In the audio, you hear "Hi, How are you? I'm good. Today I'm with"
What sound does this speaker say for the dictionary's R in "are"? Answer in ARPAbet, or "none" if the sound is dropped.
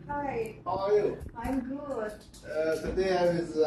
L